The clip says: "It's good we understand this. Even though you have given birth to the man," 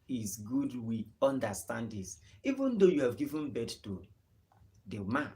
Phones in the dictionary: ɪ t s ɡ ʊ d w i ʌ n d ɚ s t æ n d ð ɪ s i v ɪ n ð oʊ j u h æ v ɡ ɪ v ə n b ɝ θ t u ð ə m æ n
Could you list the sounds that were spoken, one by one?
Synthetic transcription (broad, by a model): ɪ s ɡ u d w i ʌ n d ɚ s t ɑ n d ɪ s i v ɪ n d oʊ j u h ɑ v ɡ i v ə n b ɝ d t u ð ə m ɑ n